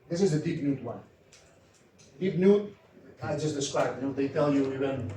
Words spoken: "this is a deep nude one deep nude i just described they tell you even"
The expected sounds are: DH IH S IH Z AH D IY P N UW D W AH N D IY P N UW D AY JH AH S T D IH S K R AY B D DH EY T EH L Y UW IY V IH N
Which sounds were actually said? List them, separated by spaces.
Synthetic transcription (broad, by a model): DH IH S IH Z AH D IY P N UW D W AH N D IY P N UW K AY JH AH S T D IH S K AY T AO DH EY T EH L Y UW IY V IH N